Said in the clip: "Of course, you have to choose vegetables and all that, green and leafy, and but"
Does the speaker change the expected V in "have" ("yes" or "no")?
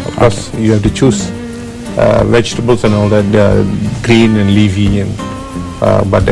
yes